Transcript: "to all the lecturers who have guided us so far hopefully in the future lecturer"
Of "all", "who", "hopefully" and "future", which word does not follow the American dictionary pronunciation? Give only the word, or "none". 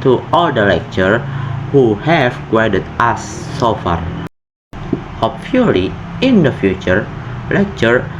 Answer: hopefully